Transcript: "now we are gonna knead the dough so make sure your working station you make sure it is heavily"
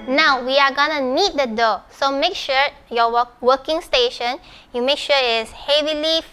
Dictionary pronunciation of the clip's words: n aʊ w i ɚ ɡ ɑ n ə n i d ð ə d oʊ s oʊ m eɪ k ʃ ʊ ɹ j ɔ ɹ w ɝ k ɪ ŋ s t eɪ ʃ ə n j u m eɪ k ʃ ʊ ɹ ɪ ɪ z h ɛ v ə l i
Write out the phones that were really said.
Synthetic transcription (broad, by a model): n aʊ w i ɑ ɡ ɑ n ə n i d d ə d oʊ s oʊ m eɪ k ʃ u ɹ j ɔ w w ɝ k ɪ ŋ s t eɪ ʃ ə n j u m eɪ k ʃ ɪ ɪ s h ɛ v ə l i